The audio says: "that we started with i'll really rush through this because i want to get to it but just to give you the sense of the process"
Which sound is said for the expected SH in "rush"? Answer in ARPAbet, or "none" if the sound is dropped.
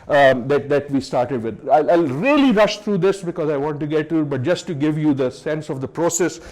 SH